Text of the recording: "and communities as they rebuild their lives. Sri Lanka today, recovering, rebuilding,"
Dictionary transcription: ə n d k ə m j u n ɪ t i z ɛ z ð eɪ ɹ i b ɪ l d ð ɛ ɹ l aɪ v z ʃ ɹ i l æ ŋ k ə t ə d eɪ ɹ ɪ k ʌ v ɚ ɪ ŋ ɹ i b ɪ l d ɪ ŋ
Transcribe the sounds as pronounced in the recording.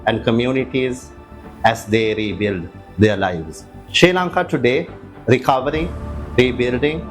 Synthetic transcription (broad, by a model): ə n d k ə m j u n ɪ t i z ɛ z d eɪ ɹ i b ɪ l d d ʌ ɹ l aɪ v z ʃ ɛ l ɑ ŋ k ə t ə d eɪ ɹ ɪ k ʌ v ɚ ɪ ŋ ɹ i b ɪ l d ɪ ŋ